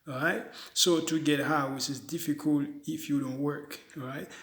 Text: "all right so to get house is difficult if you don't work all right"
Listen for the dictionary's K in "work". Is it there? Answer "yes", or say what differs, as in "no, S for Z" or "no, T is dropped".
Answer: yes